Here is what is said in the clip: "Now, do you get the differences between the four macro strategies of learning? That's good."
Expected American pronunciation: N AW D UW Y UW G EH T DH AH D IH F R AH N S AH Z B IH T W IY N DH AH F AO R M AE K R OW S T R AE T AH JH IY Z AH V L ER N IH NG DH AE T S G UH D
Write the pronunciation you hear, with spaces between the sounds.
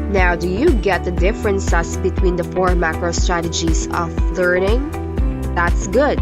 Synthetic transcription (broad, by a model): N AW D UW Y UW G EH T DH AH D IH F R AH N S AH S B IH T W IY N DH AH F AO R M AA K R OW S T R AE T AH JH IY S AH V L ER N IH NG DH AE T S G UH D